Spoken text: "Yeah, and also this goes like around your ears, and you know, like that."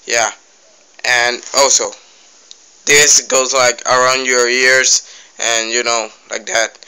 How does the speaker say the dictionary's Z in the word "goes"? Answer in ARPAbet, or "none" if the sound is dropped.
Z